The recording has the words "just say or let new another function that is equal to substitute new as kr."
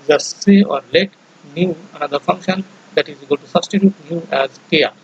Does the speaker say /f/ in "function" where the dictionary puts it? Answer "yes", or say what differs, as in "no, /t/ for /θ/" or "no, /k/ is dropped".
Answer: yes